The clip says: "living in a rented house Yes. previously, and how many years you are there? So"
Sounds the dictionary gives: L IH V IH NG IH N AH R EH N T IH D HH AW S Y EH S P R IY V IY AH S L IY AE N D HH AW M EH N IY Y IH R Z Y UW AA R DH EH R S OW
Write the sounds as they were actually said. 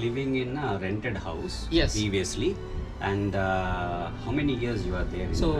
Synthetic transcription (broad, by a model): L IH V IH NG IH N AH R EH N T IH D HH AW S Y EH S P R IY V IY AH S L IY AE N D HH AW M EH N IY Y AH R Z Y UW AA R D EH R S OW